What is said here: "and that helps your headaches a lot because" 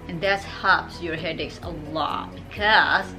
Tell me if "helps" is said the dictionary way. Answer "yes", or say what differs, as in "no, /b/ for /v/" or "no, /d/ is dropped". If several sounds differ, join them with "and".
no, /l/ is dropped